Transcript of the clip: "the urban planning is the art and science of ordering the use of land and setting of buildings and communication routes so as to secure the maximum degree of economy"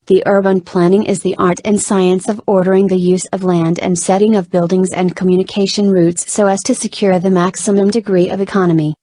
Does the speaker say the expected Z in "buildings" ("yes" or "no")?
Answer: yes